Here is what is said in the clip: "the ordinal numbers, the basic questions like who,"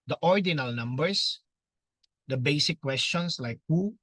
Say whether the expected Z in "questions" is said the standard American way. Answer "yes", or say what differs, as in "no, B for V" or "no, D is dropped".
no, S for Z